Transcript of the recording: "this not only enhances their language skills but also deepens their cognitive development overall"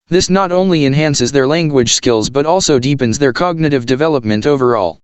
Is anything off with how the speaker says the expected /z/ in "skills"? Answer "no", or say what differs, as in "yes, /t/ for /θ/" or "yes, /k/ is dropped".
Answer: no